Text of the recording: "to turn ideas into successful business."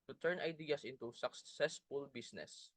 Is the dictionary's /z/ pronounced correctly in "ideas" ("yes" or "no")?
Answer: no